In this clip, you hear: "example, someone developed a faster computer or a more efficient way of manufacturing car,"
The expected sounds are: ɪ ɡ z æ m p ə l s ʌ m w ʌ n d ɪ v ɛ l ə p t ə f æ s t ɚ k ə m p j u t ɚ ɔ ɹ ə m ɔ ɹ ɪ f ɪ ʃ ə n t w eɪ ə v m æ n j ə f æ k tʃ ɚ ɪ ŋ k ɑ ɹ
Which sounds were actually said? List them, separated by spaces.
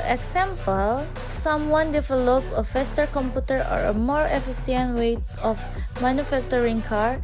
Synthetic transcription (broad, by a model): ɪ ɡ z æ m p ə l s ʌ m w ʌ n d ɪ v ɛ l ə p ə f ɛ s t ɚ k ə m p j u t ɚ ɔ ɹ ə m ɔ ɹ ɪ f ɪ s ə n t w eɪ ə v m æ n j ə f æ k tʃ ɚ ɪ ŋ k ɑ ɹ